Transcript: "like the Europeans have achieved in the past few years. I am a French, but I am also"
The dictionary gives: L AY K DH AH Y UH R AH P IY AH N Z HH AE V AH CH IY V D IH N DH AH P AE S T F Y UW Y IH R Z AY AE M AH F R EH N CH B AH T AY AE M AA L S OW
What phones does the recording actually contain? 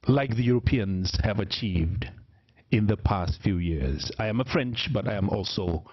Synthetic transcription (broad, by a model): L AY K DH AH Y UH R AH P IY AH N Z HH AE V AH CH IY V D IH N DH AH P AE S T F Y UW Y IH R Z AY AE M AH F R EH N CH B AH T AY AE M AA L S OW